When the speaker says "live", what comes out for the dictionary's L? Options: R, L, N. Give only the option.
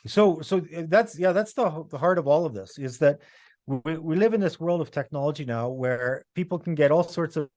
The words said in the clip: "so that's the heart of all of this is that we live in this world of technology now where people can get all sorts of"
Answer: L